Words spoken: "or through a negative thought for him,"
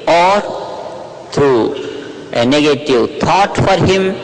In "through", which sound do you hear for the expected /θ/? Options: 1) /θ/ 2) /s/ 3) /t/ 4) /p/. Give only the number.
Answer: 3